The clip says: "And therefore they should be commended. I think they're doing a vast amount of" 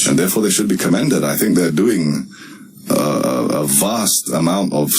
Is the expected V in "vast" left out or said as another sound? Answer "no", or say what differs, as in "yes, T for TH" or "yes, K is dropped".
no